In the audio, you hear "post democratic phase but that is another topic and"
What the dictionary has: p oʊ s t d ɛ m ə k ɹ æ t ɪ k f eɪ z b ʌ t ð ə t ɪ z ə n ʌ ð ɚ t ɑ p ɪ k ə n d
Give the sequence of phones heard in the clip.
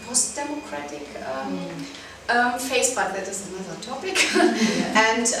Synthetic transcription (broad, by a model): p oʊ s t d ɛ m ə k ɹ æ t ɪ k f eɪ s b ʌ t ð ə t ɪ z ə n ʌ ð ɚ t ɑ p ɪ k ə n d